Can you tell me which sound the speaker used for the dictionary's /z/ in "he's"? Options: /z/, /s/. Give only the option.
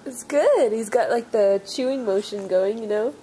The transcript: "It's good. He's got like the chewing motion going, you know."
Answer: /z/